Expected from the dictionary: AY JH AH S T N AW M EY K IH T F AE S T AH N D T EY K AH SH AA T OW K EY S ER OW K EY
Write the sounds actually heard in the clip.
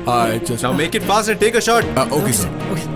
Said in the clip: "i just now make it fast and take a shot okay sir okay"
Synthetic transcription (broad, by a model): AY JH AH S N AW M EY K IH T F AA S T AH T EY K AH SH AA T OW K EY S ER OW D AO